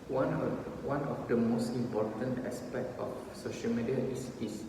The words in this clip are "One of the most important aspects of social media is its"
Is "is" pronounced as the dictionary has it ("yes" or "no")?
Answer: no